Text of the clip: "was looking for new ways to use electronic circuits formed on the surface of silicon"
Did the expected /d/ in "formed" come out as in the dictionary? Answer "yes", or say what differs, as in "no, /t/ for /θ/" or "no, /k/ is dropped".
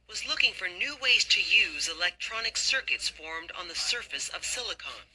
yes